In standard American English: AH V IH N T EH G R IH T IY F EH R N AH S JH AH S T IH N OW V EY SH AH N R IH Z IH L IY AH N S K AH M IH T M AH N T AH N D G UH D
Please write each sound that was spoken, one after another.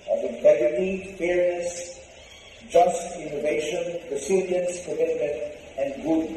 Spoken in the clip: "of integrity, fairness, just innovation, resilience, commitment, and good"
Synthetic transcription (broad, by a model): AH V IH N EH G IH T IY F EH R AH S JH AH S T IH N OW V EY SH AH N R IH S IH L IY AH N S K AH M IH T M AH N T AH N D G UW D